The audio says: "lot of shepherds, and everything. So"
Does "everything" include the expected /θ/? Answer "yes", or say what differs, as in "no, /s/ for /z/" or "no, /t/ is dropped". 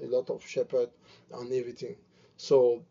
no, /t/ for /θ/